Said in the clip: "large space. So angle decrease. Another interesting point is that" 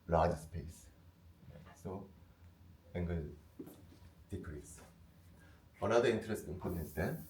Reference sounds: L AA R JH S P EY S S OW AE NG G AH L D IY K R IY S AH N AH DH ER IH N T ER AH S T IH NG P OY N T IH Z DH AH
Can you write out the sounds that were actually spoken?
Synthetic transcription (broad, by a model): L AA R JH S P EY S S OW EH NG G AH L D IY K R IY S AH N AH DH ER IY N T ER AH S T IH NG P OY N IH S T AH